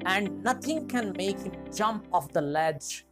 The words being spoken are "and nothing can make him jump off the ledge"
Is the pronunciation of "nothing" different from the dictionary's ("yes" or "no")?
yes